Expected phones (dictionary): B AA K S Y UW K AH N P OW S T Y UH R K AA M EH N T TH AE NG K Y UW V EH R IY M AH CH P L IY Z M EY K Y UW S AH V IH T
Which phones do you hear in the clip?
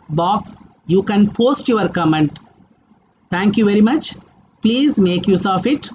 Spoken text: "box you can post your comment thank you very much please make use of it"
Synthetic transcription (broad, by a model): B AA K S Y UW K AH N P OW S T Y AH R K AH M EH N T T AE NG K Y UW V EH R IY M AH CH P L IY Z M EY K Y UW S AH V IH T